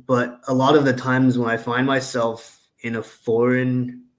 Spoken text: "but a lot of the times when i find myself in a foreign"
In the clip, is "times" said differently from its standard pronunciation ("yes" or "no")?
no